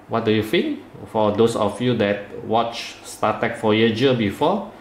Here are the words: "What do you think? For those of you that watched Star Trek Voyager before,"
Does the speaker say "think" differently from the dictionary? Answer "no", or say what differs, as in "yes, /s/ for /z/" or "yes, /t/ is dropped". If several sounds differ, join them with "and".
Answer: yes, /f/ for /θ/